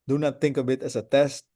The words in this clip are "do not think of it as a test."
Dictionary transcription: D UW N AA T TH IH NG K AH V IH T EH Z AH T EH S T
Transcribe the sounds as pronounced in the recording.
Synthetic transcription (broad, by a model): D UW N AA T TH IH NG K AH B IH T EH S AH T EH S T